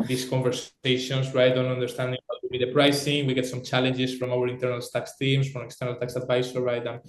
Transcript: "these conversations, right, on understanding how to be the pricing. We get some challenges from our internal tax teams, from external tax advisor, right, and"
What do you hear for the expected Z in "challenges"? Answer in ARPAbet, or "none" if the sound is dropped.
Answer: S